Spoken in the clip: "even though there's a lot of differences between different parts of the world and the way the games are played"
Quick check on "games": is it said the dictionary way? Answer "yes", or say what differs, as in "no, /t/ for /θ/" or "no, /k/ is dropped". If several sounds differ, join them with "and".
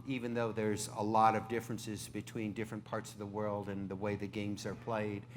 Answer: yes